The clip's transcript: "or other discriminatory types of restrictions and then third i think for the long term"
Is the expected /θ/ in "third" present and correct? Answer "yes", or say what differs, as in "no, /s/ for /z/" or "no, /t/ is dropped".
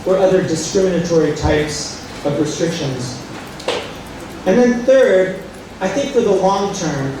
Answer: yes